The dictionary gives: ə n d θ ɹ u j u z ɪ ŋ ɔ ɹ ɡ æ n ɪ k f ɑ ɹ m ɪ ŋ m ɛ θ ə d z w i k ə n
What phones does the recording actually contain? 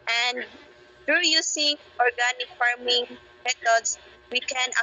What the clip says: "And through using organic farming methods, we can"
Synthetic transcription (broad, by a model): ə n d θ ɹ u j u s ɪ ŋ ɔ ɹ ɡ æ n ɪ k f ɑ ɹ m ɪ ŋ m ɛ t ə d s w i k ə n